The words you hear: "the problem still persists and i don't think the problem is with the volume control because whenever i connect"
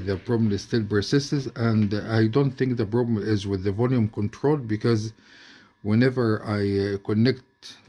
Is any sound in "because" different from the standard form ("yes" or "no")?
no